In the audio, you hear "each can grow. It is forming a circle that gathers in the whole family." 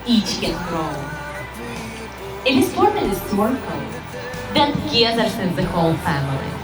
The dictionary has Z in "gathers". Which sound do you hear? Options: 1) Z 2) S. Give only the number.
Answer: 2